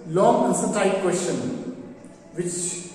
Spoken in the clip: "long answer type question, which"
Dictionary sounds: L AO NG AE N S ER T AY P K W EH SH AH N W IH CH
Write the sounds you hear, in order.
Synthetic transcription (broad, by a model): L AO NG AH S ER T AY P K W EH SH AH N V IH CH